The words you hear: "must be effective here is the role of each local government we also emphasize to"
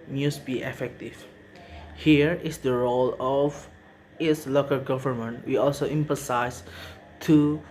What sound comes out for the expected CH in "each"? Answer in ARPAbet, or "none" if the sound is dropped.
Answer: S